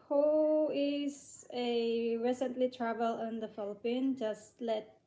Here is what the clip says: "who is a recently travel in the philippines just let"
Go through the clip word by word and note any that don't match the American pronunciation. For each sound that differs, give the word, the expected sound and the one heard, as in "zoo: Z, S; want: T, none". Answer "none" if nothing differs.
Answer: philippines: Z, none